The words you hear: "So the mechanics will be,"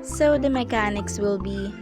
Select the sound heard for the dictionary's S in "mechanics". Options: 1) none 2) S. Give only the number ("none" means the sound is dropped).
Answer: 2